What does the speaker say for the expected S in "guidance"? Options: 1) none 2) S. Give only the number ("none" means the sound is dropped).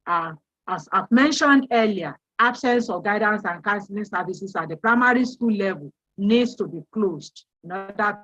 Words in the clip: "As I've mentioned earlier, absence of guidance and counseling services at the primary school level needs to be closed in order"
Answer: 2